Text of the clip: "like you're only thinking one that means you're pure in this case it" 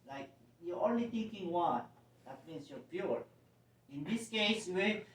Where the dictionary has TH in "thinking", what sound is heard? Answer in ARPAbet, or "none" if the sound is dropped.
T